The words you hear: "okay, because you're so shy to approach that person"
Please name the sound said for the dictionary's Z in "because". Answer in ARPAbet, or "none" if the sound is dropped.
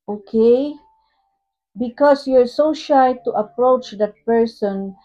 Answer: S